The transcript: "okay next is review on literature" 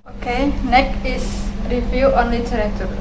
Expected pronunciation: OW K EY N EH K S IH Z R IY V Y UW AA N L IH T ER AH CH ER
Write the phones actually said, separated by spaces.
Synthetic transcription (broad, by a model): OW K EY N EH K IH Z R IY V Y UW AA N L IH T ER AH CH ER